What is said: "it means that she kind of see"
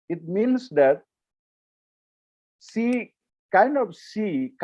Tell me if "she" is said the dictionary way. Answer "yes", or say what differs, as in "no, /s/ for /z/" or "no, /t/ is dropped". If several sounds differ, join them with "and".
no, /s/ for /ʃ/